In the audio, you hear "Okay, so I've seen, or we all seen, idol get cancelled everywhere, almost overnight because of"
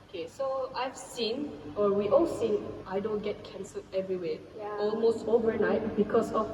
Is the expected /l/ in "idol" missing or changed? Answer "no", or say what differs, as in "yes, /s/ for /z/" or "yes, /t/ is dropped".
yes, /n/ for /l/